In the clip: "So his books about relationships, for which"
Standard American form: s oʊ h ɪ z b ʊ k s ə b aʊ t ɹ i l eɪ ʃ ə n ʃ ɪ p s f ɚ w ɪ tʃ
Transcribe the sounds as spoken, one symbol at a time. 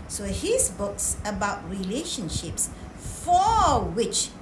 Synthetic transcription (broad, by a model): s oʊ h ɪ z b ʊ k s ə b aʊ t ɹ i l eɪ ʃ ə n ʃ ɪ p s f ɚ w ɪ tʃ